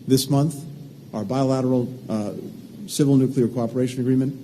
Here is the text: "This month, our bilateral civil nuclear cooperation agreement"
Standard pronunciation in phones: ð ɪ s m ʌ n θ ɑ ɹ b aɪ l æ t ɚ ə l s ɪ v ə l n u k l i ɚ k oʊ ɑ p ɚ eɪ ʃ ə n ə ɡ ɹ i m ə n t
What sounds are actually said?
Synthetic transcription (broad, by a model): ð ɪ s m ʌ n θ ɑ ɹ b aɪ l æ t ɚ l s ɪ v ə l n u k l i ɚ k oʊ ɑ p ɚ eɪ ʃ ə n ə ɡ ɹ i m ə n t